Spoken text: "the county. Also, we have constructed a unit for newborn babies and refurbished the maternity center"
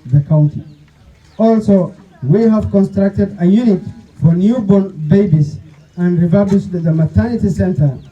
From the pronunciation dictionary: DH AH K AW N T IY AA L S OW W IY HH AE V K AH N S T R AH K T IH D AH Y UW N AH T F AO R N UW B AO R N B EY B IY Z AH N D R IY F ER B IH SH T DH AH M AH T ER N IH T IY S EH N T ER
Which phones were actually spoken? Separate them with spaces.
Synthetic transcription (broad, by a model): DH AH K AW N T IY AA L S OW W IY HH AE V K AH N S T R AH K T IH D AH Y UW N AH T F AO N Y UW B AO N B EY B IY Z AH N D R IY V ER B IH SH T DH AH M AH T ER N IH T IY S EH N T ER